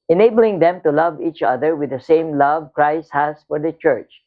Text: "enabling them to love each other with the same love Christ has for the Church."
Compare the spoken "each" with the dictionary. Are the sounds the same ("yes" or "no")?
yes